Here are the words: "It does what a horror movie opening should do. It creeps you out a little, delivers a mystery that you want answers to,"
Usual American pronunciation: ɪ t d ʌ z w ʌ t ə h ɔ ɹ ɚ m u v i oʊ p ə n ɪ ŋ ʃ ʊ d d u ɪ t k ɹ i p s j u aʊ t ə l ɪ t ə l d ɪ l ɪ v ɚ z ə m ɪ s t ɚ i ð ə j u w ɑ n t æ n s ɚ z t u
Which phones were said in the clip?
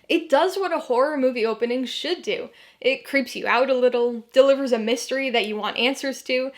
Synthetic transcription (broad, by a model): ɪ t d ʌ z w ʌ t ə h ɔ ɹ ɚ m u v i oʊ p ə n ɪ ŋ ʃ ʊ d d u ɪ t k ɹ i p s j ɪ aʊ t ə l ɪ t l d ɪ l ɪ v ɚ z ə m ɪ s t ɚ i ð ə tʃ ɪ w ɑ n t æ n s ɚ z t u